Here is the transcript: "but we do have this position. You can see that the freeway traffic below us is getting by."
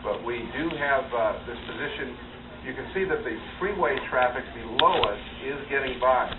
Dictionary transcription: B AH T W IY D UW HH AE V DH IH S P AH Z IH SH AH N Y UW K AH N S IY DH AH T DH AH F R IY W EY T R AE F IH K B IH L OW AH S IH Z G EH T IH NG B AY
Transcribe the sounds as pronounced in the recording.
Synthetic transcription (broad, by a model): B AH T W IY D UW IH V DH IH S P AH Z IH SH AH N Y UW K AH N S IY DH AH T DH AH F R IY W EY T R AE F IH K B IH L OW AH S IH Z G EH T IH NG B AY